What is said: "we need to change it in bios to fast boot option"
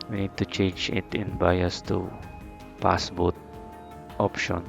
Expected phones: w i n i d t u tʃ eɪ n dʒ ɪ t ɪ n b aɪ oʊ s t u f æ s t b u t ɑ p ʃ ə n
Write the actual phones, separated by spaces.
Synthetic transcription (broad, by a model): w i n i d t u tʃ eɪ n dʒ ɪ t ɪ n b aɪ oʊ s t u p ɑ s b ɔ t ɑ p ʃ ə n